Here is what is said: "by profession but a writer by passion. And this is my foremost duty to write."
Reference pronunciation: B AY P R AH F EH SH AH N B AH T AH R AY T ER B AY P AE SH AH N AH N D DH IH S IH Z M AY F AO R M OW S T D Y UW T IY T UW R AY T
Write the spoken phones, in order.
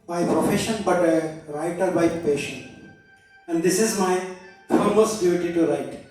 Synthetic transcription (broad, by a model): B AY P R AH F EH SH AH N B AH T AH R AY T ER B AY P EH SH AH N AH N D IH S IH Z M AY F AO L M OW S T D Y UW T IY T UW R AY T